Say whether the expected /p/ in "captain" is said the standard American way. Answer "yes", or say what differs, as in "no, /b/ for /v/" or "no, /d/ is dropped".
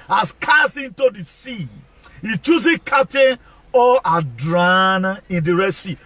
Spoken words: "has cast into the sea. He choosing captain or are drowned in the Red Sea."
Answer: no, /p/ is dropped